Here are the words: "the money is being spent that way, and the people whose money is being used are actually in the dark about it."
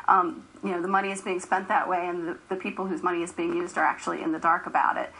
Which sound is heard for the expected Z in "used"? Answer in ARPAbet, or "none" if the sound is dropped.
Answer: Z